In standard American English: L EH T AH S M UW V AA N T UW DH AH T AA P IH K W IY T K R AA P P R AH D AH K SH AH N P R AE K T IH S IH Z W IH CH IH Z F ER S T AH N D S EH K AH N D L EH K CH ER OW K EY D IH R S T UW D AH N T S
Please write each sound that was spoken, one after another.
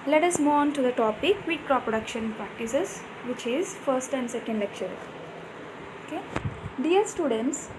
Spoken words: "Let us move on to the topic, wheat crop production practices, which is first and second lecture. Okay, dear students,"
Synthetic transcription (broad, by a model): L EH T AH S M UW AA N T UW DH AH T AA P IH K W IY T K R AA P P R AH D AH K SH AH N P R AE K T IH S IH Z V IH CH IH Z F ER S T AH N D S EH K AH N D L EH K CH ER OW K EY D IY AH S T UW D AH N T S